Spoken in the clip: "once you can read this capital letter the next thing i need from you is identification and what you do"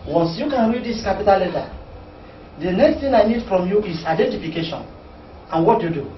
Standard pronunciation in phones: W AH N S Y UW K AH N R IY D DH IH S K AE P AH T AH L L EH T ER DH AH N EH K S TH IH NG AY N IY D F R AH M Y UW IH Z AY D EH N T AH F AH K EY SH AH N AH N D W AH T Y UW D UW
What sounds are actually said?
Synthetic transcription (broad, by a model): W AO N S Y UW K AH N R IY D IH S K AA P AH T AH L L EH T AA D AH N EH K S T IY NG AY N IY D F R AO M Y UW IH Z AY D EH N T AH F AH K EY SH AH N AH N W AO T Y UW D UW